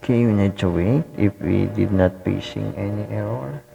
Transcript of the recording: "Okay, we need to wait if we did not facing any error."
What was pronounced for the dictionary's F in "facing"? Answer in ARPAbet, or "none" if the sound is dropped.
P